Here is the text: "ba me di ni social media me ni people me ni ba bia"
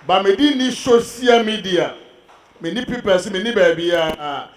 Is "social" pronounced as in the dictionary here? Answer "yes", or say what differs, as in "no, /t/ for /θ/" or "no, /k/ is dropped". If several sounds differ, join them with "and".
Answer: no, /s/ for /ʃ/